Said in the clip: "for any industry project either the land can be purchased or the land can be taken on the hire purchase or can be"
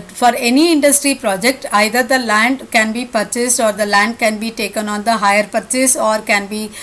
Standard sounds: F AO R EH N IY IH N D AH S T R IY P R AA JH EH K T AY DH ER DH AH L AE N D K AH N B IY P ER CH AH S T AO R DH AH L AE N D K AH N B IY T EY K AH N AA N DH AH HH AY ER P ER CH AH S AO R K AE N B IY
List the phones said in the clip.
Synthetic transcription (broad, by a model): F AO R EH N IY IH N D AH S T R IY P R AA JH EH K T AY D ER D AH L AE N D K AH N B IY P ER CH AH S T AO R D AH L AE N D K AH N B IY T EY K AH N AA N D AH HH AY ER P ER CH AH S AO R K AE N B IY